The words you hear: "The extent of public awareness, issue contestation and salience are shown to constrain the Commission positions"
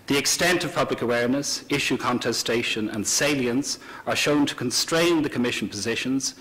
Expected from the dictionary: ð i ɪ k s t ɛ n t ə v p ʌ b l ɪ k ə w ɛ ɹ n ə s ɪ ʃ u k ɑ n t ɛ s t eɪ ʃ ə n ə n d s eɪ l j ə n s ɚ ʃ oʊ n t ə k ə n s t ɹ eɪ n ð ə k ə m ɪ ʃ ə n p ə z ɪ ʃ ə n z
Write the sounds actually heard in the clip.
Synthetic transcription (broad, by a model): ð i ɪ k s t ɛ n t ə v p ʌ b l ɪ k ə w ɛ ɹ n ə s ɪ ʃ u k ɑ n t ɛ s t eɪ ʃ ə n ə n s eɪ l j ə n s ɚ ʃ oʊ n t ə k ə n s t ɹ eɪ n ð ə k ə m ɪ ʃ ə n p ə z ɪ ʃ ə n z